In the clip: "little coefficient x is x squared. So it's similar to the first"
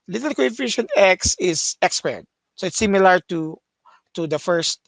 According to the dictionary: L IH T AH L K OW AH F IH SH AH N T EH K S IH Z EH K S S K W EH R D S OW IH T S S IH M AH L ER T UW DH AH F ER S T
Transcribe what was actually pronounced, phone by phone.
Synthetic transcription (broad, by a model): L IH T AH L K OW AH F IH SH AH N EH K S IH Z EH K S S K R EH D S OW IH T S S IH M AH L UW T UW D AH F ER S T